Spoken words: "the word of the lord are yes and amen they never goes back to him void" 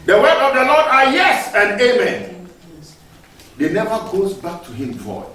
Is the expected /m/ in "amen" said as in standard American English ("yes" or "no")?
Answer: yes